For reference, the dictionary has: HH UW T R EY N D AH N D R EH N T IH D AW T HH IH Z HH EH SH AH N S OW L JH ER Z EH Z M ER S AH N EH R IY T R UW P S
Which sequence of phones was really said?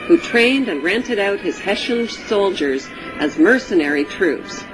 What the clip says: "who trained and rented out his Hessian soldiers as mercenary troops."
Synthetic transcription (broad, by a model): HH UW T R EY N D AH N R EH N T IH D AW T HH IH Z HH EH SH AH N S OW L JH ER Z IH Z M ER S AH N EH R IY T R UW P S